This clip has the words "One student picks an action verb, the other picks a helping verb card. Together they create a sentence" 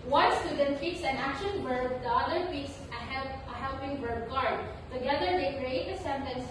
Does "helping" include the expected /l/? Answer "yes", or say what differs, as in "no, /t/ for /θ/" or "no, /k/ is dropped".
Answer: yes